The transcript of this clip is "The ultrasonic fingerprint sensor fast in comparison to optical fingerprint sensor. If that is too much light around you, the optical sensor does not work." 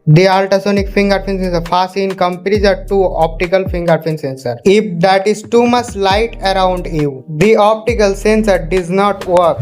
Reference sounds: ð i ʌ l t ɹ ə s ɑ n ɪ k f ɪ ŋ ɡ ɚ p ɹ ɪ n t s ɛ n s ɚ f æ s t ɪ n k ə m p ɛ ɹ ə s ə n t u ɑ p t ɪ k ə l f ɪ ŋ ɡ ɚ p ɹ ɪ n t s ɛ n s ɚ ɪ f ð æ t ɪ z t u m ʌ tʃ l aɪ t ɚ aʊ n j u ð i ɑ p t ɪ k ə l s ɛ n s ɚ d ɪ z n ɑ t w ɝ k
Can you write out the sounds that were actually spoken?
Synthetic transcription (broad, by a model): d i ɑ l t ə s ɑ n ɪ k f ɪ ŋ ɡ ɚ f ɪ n s ɛ n s ɚ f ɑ s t ɪ n k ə m p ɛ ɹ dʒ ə t u ɑ p t ɪ k ə l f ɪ ŋ ɡ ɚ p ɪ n s ɛ n s ɚ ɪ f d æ t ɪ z t u m ʌ tʃ l aɪ t ɚ aʊ n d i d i ɑ p t ɪ k ə l s ɛ n s ɚ d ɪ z n ɑ t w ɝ k